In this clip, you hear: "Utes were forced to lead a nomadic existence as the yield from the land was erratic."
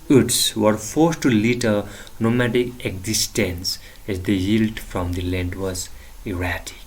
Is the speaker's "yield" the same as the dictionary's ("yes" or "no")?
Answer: yes